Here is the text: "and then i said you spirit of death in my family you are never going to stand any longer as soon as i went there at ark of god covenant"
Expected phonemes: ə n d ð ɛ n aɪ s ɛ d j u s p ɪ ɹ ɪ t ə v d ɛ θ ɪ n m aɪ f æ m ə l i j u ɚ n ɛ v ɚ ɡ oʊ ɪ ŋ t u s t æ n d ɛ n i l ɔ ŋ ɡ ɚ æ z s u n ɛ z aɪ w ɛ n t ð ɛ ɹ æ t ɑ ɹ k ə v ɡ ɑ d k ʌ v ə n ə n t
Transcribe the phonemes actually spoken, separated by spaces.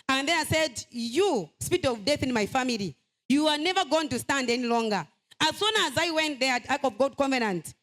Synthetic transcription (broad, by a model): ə n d ð ɛ n aɪ s ɛ d j u s p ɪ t ə v d ɛ θ ɪ n m aɪ f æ m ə l i j u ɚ n ɛ v ɚ ɡ oʊ ɪ ŋ t u s t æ n d ɛ n i l ɔ ŋ ɡ ɚ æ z s u n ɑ z aɪ w ɛ n t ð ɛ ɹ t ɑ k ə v ɡ ɑ d k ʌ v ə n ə n t